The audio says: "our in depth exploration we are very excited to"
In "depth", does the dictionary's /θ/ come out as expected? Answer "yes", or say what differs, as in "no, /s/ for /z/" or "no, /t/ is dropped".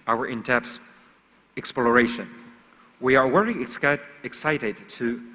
no, /s/ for /θ/